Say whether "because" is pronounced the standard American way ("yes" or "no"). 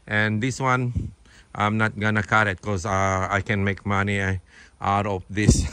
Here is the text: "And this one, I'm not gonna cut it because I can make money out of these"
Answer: no